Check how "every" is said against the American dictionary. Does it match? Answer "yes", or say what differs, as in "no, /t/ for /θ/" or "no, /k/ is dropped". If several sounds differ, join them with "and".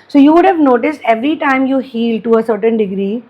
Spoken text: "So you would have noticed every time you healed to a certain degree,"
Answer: yes